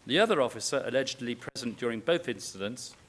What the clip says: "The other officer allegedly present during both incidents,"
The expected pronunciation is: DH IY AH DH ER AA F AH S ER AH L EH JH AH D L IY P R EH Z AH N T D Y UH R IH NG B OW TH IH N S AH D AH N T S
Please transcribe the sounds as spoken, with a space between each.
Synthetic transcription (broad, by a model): DH IY AH DH ER AA F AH S ER AH L EH JH AH D L IY P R EH Z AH N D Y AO R IH NG B OW TH IH N S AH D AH N T S